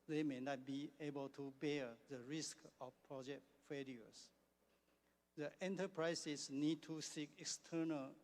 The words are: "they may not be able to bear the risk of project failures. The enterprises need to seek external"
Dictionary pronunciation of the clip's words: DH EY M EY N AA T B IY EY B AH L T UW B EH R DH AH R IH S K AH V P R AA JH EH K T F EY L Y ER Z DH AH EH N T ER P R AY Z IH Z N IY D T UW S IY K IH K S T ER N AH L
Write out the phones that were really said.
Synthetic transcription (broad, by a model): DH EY M EY N AA T B IY EY B AH L T UW B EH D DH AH R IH S K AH F P R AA JH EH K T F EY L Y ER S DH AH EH N T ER P R AY S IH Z N IY D T UW S IY K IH K S T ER N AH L